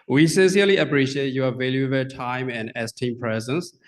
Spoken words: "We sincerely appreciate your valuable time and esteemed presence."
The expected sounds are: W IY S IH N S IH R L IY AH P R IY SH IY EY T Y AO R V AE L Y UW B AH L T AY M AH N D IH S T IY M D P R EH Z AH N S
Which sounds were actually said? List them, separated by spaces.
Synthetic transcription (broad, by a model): W IY S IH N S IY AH L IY AH P R IY SH IY EY T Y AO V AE L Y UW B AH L T AY M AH N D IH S T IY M P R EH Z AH N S